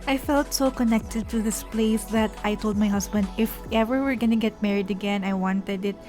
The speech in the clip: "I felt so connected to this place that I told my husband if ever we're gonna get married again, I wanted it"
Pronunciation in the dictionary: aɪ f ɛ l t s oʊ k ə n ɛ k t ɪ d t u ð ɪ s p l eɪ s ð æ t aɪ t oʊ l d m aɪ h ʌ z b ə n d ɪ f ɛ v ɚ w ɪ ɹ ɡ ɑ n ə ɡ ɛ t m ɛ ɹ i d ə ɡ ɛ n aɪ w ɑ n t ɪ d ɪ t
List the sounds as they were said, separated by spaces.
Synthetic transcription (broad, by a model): aɪ f ɛ l t s oʊ k ə n ɛ k t ɪ d t u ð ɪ s p l eɪ s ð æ t aɪ t oʊ l d m aɪ h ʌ s b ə n d ɪ f ɛ v ɚ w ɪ ɹ ɡ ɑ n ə ɡ ɛ t m ɛ ɹ i d ə ɡ ɛ n aɪ w ɑ n t ɪ d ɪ t